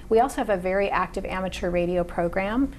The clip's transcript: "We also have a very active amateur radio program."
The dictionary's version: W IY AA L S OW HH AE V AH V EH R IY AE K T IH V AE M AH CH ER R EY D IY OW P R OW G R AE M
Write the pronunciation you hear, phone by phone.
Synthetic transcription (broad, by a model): W IY AA L S OW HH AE V AH V EH R IY AE K T IH V AE M AH CH ER R EY D IY OW P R OW G R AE M